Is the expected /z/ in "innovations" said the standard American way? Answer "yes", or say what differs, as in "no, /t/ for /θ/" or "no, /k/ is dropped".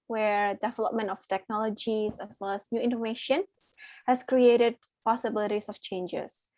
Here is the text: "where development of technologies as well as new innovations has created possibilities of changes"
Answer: no, /z/ is dropped